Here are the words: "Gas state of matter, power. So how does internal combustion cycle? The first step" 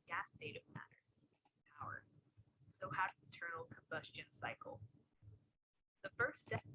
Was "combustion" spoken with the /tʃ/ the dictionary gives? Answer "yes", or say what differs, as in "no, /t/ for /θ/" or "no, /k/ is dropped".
yes